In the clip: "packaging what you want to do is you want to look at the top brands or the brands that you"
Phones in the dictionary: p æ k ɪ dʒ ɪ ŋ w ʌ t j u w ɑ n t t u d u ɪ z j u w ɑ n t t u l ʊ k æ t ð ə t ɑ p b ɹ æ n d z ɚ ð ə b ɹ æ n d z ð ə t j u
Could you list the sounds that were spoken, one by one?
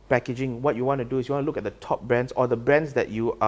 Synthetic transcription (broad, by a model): p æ k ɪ dʒ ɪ ŋ w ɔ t j u w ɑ n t t u d u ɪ s j u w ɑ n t t u l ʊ k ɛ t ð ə t ɑ p b ɹ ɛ n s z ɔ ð ə b ɹ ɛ n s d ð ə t j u